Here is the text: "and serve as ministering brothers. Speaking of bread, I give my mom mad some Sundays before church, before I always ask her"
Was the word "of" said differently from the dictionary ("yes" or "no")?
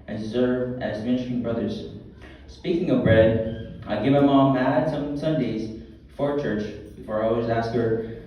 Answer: no